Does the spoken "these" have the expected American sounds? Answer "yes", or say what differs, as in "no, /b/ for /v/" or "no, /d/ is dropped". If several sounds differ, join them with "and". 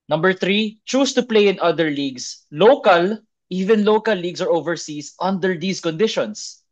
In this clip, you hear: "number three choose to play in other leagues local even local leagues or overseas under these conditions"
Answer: no, /s/ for /z/